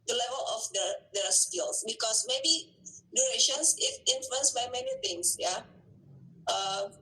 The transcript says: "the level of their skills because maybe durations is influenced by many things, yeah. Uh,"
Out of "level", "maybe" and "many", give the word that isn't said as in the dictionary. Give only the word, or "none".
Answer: none